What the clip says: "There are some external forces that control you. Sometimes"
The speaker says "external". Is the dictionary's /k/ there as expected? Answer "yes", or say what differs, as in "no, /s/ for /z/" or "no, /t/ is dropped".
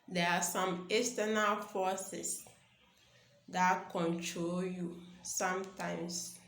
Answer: no, /k/ is dropped